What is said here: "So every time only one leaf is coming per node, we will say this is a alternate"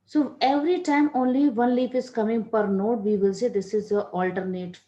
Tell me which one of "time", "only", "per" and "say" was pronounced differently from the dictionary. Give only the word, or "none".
none